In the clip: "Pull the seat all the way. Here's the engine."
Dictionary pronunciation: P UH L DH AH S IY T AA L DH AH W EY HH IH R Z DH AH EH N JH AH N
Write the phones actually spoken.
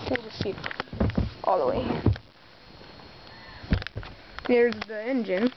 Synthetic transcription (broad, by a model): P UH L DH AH SH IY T AA L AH W EY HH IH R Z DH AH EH N JH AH N